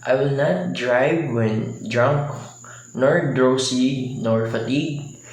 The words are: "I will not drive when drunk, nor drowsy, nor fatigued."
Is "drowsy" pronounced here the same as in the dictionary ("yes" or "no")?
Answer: no